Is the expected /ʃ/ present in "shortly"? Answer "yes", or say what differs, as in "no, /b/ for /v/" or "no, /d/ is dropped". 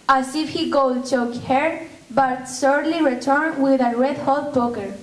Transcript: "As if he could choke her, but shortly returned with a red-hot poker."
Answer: no, /s/ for /ʃ/